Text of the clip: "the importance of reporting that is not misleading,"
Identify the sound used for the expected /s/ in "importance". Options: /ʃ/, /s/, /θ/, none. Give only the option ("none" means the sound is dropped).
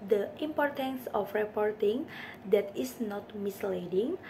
/s/